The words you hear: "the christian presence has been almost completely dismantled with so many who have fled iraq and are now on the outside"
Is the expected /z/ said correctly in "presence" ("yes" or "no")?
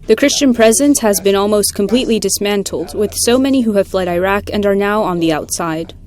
yes